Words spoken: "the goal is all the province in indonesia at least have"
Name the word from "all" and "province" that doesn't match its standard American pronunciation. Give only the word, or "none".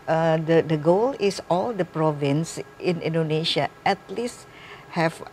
none